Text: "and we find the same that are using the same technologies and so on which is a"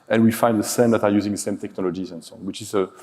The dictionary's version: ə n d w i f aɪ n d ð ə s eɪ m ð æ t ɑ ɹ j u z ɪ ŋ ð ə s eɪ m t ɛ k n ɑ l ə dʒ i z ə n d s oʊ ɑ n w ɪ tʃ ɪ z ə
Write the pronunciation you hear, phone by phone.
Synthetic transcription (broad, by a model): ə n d w i f aɪ n d ð ə s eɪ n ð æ t ɑ ɹ j u z ɪ ŋ ð ə s eɪ m t ɛ k n ɑ l ə dʒ i z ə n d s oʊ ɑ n w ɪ tʃ ɪ z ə